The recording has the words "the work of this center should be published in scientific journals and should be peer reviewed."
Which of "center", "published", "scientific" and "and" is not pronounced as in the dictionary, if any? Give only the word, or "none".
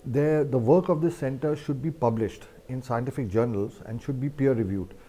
none